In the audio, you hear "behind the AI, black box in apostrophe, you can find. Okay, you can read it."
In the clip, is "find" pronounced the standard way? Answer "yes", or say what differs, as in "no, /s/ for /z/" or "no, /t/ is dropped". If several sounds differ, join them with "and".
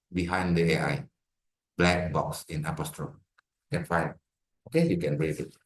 no, /d/ is dropped